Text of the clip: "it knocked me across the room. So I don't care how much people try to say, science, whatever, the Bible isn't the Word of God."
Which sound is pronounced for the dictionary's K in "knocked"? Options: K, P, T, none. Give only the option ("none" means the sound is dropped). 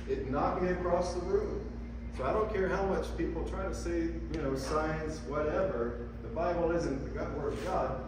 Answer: none